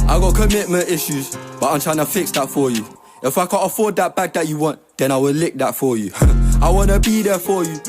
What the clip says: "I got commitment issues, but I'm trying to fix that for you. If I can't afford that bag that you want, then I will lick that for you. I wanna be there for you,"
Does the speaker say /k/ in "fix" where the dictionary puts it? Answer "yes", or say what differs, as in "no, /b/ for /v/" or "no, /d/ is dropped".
yes